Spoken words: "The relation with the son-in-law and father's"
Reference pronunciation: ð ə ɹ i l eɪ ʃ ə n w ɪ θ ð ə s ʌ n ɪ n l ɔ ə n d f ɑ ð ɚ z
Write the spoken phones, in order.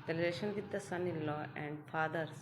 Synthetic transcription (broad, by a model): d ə l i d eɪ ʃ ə n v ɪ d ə s ʌ n ɪ n l ɔ ə n d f ɑ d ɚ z